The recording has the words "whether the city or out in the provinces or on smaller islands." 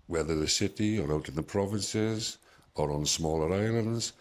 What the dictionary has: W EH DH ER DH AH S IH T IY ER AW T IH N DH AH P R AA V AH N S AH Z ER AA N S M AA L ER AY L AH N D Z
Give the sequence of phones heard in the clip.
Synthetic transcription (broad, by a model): W EH DH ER DH AH S IH T IY ER AW T IH N DH AH P R AA V AH N S AH Z ER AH N S M AA L ER AY L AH N D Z